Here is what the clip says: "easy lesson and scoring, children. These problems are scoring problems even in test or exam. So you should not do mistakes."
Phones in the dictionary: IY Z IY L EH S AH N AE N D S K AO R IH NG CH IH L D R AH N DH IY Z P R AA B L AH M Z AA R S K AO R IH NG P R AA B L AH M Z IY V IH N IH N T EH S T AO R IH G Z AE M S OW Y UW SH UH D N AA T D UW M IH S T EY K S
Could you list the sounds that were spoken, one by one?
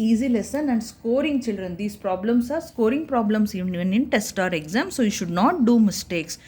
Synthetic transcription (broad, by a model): IY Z IY L EH S AH N AE N D S K AO R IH NG CH IH L D R AH N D IY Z P R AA B L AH M S AA R S K AO R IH NG P R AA B L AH M S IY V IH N IH N T EH S T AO R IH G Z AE M S OW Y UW SH UH D N AA T D UW M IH S T EY K S